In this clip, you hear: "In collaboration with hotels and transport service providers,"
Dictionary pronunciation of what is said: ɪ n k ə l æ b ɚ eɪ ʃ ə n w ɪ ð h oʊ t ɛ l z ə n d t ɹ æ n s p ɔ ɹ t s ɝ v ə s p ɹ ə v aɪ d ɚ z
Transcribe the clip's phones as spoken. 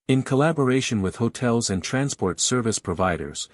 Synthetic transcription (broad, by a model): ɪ n k ə l æ b ɚ eɪ ʃ ə n w ɪ ð h oʊ t ɛ l z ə n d t ɹ æ n s p ɔ ɹ t s ɝ v ə s p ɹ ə v aɪ d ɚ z